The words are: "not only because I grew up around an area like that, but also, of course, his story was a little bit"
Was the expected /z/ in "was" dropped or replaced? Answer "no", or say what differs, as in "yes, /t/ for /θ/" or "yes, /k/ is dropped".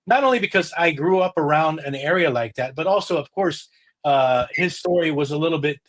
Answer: no